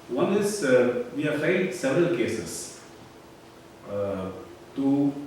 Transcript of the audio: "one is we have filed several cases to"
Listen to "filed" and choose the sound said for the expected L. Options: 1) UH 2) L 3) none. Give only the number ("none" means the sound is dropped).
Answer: 3